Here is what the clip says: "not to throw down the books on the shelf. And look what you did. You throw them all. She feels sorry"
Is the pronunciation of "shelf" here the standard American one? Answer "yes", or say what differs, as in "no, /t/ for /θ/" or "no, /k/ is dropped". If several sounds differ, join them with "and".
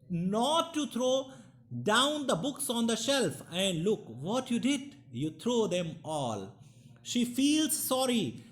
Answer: yes